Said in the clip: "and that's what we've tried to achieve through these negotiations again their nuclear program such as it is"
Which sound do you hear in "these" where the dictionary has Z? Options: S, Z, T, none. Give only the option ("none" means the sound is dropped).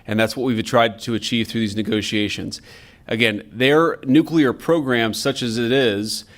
Z